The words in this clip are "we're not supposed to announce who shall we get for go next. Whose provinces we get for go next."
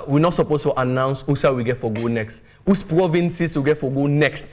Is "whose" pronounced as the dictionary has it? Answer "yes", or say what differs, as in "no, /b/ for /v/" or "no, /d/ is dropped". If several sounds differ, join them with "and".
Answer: no, /s/ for /z/